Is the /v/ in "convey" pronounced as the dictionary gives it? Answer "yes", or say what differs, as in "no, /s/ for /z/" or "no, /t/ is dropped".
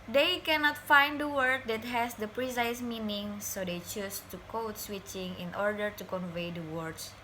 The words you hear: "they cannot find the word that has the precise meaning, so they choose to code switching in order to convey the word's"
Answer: yes